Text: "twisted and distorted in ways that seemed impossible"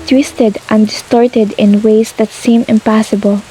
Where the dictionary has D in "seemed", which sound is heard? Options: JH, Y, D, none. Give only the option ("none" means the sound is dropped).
none